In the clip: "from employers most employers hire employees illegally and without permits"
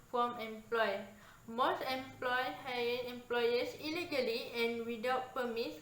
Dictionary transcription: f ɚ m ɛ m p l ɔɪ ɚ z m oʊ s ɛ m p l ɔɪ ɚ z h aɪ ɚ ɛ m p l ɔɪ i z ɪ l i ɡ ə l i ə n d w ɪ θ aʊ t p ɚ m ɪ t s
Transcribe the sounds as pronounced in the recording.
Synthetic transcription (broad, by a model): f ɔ m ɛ m p l ɔɪ m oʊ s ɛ m p l ɔɪ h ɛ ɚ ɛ m p l ɔɪ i s ɪ l i ɡ ə l i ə n w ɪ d aʊ t p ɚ m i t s